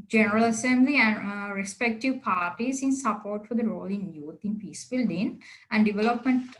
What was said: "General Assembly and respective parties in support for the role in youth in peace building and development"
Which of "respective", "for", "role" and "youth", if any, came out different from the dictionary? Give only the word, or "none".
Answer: youth